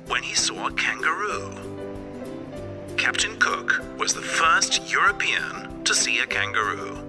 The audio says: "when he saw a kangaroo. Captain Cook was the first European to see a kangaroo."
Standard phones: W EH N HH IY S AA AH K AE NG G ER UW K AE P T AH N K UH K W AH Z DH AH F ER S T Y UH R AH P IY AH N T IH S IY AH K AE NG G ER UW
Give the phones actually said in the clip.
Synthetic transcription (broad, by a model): W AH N IY S AA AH K AE NG G ER UW K AE P T AH N K UH K W AH Z DH AH F ER S T Y UH R AH P IY AH N T IH S IY AH K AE NG G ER UW